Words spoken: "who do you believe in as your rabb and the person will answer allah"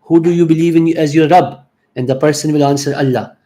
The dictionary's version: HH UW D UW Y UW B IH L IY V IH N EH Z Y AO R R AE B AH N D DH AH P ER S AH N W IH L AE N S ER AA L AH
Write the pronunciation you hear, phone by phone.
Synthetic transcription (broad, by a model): HH UW D UW Y UW B IH L IY V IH N EH Z Y AO R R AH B AH N D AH P ER S AH N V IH L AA N S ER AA L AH